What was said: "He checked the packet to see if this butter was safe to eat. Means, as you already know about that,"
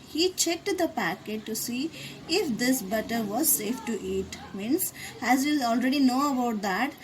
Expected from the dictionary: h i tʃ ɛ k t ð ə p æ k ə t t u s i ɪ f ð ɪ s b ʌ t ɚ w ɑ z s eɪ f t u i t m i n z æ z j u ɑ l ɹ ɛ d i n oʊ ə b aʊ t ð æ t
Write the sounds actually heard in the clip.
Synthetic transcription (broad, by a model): h i tʃ ɛ k t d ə p æ k ə t t u s i ɪ f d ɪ s b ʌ t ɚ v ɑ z s eɪ f t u i t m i n s æ z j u ɑ l ɹ ɛ d i n oʊ ə b aʊ t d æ t